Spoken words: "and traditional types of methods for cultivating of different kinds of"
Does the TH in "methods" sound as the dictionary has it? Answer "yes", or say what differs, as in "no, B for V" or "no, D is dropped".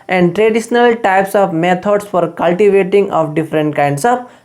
no, T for TH